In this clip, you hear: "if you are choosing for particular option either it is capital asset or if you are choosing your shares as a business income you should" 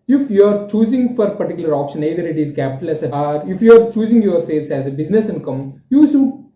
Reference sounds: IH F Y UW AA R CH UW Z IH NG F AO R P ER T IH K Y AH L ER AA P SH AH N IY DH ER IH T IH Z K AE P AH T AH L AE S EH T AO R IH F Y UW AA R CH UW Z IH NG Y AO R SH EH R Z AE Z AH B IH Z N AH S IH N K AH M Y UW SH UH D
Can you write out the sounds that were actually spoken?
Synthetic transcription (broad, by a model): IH F Y UW AA R CH UW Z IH NG F AO R P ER T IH K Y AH L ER AA P SH AH N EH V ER IH T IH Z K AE P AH T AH L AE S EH AO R IH F Y UW AA R CH UW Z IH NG Y AO R S EH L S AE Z AH B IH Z N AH S IH N K AH M Y UW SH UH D